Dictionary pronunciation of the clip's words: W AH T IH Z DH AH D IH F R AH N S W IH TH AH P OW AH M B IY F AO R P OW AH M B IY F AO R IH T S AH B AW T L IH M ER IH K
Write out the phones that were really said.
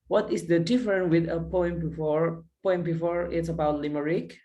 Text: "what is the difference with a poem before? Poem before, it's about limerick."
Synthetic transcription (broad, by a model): W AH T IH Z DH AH D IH F R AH N W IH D AH P OW AH M B IY F AO R P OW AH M B IY F AO R IH T S AH B AW T L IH M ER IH K